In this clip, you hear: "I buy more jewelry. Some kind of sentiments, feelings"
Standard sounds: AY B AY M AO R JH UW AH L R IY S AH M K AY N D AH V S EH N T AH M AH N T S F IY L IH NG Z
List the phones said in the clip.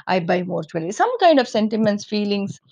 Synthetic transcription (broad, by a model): AY B AY M AO R CH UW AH L IY S AH M K AY N D AH V S EH N T AH M AH N T S F IY L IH NG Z